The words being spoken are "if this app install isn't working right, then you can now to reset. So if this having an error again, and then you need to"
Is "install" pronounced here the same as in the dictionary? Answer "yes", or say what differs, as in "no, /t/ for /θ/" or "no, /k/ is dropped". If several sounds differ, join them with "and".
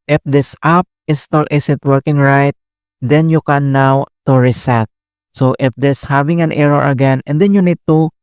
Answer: no, /n/ is dropped